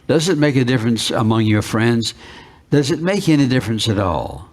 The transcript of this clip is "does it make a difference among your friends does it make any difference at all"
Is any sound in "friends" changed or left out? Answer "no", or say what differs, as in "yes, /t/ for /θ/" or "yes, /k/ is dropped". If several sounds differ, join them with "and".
no